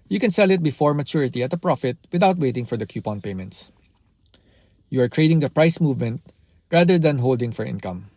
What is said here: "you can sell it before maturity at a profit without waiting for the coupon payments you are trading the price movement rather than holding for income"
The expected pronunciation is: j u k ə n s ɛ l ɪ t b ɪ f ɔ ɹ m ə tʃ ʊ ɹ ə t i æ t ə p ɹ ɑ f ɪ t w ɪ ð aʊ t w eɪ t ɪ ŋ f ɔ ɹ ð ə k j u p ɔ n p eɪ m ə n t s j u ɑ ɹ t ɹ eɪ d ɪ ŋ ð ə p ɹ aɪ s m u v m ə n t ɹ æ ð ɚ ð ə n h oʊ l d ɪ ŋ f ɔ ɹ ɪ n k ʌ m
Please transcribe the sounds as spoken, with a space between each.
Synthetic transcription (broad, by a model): j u k ə n s ɛ l ɪ t b ɪ f ɔ ɹ m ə tʃ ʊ ɹ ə t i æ t ə p ɹ ɑ f ɪ t w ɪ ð aʊ t w eɪ t ɪ ŋ f ɔ ɹ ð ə k j u p ɔ n p eɪ m ə n t s j u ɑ ɹ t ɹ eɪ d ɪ ŋ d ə p ɹ aɪ s m u v m ə n t ɹ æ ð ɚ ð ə n h oʊ l d ɪ ŋ f ɔ ɹ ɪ n k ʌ m